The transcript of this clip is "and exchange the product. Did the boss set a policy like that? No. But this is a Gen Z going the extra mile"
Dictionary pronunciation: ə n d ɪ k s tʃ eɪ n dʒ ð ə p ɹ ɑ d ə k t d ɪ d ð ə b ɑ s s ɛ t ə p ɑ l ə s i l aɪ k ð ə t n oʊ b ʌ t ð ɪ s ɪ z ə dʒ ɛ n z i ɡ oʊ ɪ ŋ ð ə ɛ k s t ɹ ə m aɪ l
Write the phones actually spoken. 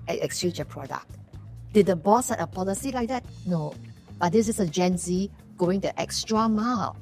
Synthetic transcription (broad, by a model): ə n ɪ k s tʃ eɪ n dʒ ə p ɹ ɑ d ə k t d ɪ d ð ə b ɑ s s ɛ t ə p ɑ l ə s i l aɪ k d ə t n oʊ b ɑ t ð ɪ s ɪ s ə dʒ ɛ n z i ɡ oʊ ɪ ŋ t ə ɛ k s t ɹ ə m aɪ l